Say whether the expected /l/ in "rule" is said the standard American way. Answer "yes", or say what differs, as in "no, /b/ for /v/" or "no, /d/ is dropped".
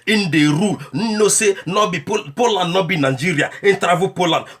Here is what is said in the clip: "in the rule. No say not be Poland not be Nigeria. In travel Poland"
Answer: no, /n/ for /l/